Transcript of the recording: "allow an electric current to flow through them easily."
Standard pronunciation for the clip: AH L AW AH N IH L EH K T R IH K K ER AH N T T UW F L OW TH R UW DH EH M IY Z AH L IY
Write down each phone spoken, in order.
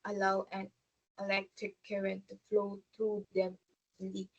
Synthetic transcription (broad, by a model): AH L AW AH N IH L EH K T R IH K K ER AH N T T UW F L OW T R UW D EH M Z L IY